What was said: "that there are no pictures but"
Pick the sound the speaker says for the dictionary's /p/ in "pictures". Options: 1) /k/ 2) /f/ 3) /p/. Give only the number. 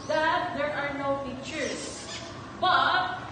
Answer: 2